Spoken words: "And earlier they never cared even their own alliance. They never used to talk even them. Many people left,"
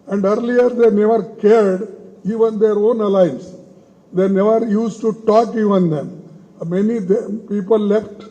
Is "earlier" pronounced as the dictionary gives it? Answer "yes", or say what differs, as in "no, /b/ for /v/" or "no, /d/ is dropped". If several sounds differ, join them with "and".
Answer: yes